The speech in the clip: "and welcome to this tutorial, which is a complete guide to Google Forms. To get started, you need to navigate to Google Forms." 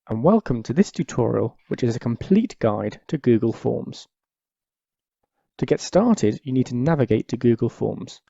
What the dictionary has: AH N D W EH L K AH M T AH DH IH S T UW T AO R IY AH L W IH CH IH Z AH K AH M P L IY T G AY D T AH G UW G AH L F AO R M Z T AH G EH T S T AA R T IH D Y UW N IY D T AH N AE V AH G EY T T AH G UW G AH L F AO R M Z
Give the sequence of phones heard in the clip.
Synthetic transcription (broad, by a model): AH N W EH L K AH M T AH DH IH S T UW T AO R IY AH L W IH CH IH Z AH K AH M P L IY T G AY D T AH G UW G AH L F AO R M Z T AH G EH T S T AA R T IH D Y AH N IY D T AH N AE V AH G EY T T AH G UW G AH L F AO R M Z